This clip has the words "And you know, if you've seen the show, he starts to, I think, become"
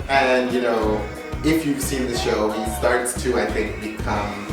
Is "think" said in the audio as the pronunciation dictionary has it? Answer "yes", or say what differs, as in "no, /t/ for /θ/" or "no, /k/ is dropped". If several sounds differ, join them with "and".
yes